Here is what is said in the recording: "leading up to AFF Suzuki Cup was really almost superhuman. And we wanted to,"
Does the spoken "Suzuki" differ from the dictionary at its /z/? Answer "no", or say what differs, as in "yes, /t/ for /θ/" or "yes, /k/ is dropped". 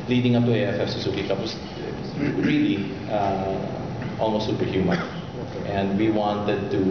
yes, /s/ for /z/